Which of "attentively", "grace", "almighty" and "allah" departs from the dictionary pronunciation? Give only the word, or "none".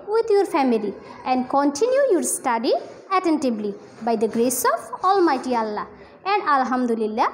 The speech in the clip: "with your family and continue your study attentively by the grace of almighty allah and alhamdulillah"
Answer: attentively